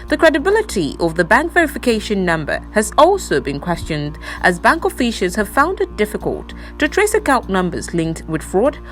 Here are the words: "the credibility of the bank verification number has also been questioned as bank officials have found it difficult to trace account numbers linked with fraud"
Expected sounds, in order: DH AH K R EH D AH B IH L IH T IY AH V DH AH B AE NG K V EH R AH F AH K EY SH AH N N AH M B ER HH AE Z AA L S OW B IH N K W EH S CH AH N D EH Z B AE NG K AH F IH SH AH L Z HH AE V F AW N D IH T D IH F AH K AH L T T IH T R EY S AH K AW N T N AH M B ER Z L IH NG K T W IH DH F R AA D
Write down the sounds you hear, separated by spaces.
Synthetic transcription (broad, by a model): DH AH K R EH D AH B IH L IH T IY AH V DH AH B AE NG K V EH R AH F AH K EY SH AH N N AH M B ER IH Z AA L S OW B IH N K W EH S CH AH N D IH Z B AE NG K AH F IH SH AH Z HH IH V F AW N D IH T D IH F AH K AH L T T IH T R EY S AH K AW N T N AH M B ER Z L IH NG K T W IH DH F R AA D